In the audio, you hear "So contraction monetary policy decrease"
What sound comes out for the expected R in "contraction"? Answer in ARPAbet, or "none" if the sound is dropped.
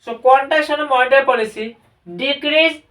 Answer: none